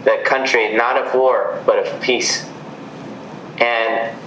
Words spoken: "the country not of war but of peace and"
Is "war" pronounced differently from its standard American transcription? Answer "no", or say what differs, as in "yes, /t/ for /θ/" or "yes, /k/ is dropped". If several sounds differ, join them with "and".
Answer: no